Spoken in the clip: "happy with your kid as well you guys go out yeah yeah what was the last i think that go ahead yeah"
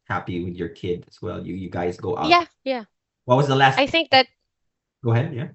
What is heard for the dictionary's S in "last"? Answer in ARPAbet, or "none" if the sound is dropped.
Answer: S